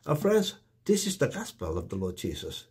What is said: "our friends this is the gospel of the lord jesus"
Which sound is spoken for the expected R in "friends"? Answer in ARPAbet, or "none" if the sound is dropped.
R